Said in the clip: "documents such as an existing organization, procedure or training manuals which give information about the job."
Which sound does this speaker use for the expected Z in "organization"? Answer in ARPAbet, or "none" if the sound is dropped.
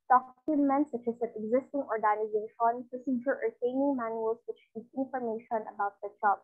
Z